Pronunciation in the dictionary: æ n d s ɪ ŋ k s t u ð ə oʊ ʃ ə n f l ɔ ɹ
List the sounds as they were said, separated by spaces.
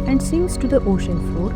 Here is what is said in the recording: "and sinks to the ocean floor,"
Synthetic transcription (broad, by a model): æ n d s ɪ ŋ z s t u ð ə oʊ ʃ ə n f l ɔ ɹ